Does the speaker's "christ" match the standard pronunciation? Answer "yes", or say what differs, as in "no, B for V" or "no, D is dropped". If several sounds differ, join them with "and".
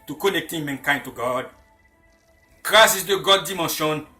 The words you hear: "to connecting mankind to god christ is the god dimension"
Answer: no, T is dropped